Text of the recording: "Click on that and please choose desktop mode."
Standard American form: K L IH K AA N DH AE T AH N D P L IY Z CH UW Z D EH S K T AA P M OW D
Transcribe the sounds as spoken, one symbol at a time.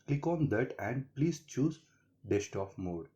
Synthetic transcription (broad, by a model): K L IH K AA N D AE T AH N D P L IY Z CH UW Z D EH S T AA F M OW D